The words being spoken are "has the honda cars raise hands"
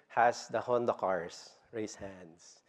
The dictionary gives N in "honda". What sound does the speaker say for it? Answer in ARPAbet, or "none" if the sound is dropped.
N